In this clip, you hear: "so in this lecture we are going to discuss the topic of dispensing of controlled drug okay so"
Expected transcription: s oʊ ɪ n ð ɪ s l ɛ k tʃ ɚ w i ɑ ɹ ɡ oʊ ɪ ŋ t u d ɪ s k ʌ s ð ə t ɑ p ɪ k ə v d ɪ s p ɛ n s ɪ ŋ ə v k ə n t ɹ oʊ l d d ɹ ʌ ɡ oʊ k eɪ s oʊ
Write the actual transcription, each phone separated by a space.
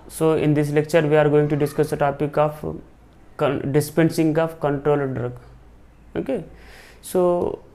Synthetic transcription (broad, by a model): s oʊ ɪ n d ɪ s l ɛ k tʃ ɚ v i ɑ ɹ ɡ oʊ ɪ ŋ t u d ɪ s k ʌ s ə t ɑ p ɪ k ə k d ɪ s p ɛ n s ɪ ŋ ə f k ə n t ɹ oʊ l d d ɹ ʌ ɡ oʊ k eɪ s oʊ